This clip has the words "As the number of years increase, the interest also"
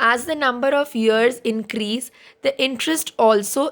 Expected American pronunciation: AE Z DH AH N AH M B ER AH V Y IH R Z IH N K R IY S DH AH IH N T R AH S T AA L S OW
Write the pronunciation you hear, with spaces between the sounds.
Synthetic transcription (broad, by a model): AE Z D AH N AH M B ER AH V Y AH R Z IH N K R IY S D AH IH N T R AH S T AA L S OW